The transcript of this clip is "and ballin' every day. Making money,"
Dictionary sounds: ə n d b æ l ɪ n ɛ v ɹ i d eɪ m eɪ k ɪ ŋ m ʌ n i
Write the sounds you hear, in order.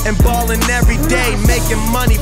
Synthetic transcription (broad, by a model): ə n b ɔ l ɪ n ɛ v ɹ i d eɪ m eɪ k ɪ ŋ m ʌ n i